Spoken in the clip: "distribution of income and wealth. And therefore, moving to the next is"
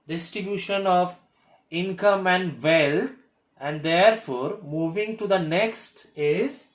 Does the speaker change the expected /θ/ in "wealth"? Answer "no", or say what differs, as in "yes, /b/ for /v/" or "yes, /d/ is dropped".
yes, /t/ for /θ/